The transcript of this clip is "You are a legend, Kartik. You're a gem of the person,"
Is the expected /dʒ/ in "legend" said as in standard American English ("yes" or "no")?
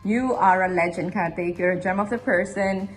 yes